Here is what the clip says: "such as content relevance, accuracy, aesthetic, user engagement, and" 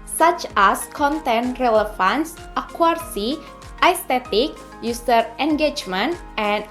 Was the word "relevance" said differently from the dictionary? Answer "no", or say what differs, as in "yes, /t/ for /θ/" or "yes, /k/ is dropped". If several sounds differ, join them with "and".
yes, /f/ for /v/